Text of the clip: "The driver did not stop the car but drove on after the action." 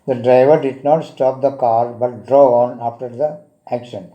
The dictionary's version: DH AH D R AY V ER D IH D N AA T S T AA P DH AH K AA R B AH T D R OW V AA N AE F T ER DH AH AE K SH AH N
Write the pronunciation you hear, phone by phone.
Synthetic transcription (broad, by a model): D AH D R AY V ER D IH D N AA T S T AA P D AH K AA R B AH T D R OW AA N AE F T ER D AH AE K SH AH N